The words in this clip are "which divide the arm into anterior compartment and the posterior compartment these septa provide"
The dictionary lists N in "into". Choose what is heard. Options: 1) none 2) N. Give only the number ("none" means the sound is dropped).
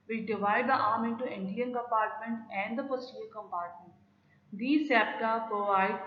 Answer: 1